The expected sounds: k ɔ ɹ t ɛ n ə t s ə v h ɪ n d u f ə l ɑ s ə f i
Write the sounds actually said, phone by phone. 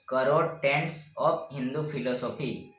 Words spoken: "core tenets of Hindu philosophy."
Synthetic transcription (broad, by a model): k ɔ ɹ t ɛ n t s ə p h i n d u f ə l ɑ s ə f i